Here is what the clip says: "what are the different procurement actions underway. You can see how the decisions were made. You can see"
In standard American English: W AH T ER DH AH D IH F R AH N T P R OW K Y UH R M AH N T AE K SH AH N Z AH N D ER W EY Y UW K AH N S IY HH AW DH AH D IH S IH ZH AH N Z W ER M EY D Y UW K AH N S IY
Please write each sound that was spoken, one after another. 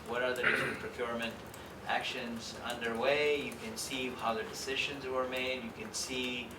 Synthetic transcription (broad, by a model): W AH T ER DH AH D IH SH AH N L P R OW K Y UH R M AH N T AE K SH AH N Z AH N D ER W EY Y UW K AH N S IY HH AW DH AH D IH S IH ZH AH N Z W ER M EY D Y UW K AH N S IY